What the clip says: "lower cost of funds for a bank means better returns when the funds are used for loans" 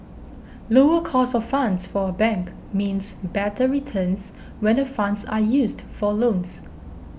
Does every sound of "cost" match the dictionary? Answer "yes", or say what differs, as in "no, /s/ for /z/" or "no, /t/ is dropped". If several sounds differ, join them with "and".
no, /t/ is dropped